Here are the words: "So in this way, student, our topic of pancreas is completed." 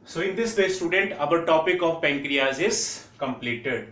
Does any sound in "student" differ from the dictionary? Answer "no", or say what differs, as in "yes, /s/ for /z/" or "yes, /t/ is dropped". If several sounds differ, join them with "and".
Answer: no